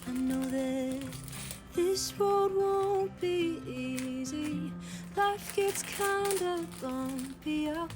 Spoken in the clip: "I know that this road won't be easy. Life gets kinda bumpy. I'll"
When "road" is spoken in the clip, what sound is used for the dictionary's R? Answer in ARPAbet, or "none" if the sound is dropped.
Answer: W